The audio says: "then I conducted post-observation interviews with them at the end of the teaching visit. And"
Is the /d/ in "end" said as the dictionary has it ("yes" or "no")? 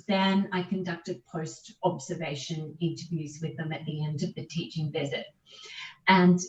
yes